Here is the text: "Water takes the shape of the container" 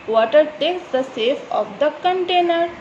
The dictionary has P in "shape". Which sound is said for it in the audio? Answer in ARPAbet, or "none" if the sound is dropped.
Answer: F